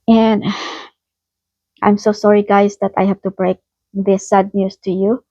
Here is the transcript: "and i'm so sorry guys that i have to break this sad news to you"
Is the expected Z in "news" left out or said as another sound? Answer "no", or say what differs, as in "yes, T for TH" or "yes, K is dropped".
yes, S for Z